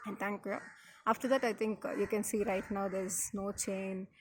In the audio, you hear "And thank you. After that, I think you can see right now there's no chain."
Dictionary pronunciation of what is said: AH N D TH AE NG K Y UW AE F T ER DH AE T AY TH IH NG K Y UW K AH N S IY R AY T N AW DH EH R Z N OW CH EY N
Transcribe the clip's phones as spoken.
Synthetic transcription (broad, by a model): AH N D T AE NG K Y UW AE F T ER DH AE T AY T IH NG K Y UW K AH N S IY R AY T N AW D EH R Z N OW CH EY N